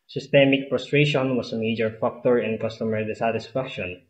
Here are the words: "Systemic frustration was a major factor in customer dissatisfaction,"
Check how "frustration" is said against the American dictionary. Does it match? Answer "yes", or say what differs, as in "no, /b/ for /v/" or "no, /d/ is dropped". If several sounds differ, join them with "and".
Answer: no, /p/ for /f/